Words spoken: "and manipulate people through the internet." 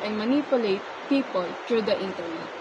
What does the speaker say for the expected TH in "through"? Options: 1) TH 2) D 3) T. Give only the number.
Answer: 3